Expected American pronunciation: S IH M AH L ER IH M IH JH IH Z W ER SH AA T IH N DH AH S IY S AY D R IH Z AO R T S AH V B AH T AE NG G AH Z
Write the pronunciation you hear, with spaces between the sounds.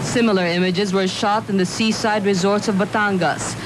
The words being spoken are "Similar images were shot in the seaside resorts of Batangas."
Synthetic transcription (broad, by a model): S IH M L ER IH M IH JH IH Z W ER SH AA T IH N DH AH S IY S AY D R IH Z AO R T S AH V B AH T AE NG G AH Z